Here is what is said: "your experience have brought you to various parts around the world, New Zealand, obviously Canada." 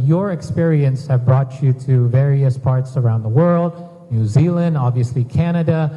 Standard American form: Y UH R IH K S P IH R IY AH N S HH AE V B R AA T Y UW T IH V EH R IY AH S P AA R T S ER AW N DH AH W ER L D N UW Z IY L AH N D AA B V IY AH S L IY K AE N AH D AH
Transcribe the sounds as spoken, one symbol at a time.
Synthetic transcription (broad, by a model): Y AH R IH K S P IH R IY AH N S HH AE V B R AA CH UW T IH V EH R IY AH S P AA R T S ER AW N DH AH W ER L D N UW Z IY L AH N D AA B V IY AH S L IY K AE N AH D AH